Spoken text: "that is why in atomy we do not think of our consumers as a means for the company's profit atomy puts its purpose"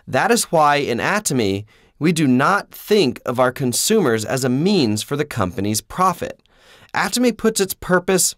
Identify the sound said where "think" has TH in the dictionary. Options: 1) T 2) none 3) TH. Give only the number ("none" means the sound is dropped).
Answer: 3